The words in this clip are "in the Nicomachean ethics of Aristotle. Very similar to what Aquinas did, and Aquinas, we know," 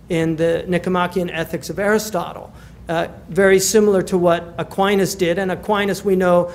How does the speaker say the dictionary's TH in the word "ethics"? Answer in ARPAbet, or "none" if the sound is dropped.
TH